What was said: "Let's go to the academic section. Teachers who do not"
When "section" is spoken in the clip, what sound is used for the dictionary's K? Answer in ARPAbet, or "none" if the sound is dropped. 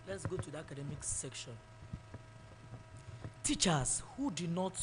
K